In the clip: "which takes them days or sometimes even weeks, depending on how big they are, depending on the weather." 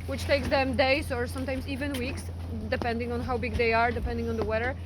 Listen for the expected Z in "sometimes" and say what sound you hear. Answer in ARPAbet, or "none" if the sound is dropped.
S